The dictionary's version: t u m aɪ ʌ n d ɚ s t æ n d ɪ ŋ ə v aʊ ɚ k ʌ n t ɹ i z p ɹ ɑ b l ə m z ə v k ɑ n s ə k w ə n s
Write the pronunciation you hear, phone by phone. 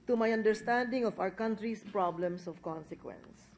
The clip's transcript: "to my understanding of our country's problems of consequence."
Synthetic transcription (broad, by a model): t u m aɪ ʌ n d ɚ s t æ n d ɪ ŋ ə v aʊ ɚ k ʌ n t ɹ i s p ɹ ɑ b l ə m s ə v k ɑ n s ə k w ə n s